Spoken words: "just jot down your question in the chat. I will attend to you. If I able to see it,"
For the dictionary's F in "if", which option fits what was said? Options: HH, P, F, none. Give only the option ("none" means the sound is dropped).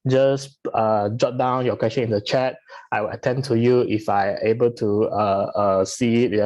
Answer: F